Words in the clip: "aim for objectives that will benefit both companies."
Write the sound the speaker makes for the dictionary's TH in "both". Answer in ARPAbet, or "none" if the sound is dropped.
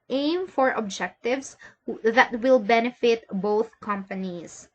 TH